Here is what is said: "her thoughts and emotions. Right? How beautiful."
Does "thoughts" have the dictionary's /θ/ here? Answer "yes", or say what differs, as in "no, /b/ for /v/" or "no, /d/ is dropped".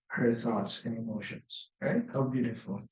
yes